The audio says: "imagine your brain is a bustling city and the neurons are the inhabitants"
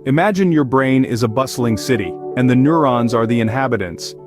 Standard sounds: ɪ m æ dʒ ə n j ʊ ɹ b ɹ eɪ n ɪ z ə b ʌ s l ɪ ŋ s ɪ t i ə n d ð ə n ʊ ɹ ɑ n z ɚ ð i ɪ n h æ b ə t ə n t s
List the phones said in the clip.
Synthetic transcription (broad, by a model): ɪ m æ dʒ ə n j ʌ ɹ b ɹ eɪ n ɪ z ə b ʌ s l ɪ ŋ s ɪ t i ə n ð ə n ʊ ɹ ɑ n z ɚ ð i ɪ n h æ b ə t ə n t s